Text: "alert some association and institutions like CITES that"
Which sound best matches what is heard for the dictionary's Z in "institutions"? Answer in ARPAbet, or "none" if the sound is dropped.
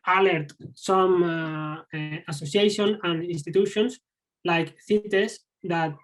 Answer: S